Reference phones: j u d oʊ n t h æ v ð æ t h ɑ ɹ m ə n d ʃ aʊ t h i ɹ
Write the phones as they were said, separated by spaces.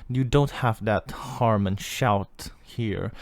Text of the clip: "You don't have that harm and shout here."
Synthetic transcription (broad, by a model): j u d oʊ n t h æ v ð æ t h ɑ ɹ m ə n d ʃ aʊ t h i ɹ